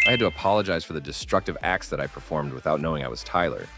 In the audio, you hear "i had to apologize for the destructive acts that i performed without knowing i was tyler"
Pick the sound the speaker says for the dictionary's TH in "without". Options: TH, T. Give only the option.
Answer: TH